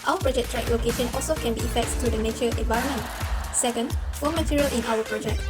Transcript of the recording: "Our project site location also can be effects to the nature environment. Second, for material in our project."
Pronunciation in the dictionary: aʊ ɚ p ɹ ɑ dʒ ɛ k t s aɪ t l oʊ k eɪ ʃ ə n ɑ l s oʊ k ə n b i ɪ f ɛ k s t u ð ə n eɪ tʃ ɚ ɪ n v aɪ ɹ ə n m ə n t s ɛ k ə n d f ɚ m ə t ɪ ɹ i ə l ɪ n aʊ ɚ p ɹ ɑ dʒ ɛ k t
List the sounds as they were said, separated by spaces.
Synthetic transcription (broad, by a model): aʊ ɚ p ɹ ɑ dʒ ɛ k t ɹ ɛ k l oʊ k eɪ ʃ ə n ɑ l s oʊ k ə n b i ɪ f ɛ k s t u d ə n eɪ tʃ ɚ ɪ n v aɪ ɹ ə n m ə n t s ɛ k ə n d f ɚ m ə t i ɹ i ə l ɪ n aʊ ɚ p ɹ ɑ dʒ ɛ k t